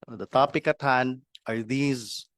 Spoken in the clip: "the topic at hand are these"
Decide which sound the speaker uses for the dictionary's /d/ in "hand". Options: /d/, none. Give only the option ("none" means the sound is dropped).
none